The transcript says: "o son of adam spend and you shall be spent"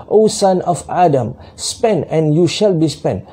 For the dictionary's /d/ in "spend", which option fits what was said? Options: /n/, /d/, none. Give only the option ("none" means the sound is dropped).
none